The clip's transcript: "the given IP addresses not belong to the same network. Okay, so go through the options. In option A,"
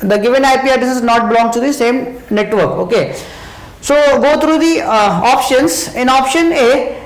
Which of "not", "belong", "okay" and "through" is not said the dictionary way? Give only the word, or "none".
through